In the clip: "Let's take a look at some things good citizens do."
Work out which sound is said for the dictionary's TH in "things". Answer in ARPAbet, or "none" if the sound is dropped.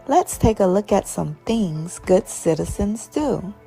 TH